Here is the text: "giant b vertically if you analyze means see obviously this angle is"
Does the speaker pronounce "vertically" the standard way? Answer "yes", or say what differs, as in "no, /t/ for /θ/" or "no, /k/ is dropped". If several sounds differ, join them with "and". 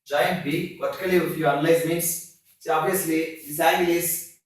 no, /p/ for /v/